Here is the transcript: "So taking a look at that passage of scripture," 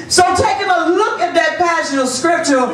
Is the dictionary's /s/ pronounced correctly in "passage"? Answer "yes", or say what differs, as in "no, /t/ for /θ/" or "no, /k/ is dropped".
no, /ʃ/ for /s/